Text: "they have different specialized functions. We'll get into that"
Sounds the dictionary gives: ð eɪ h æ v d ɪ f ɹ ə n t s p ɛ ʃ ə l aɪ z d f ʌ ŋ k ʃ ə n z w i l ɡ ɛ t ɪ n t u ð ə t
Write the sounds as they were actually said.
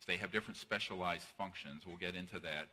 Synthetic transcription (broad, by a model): ð eɪ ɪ v d ɪ f ɹ ə n t s p ɛ ʃ ə l aɪ z d f ʌ ŋ k ʃ ə n z w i l ɡ ɛ t ɪ n t u ð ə t